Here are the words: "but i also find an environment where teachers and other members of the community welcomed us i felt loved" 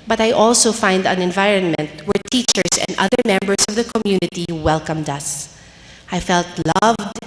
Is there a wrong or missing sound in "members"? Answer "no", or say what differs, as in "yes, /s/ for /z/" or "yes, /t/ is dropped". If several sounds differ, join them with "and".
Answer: yes, /s/ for /z/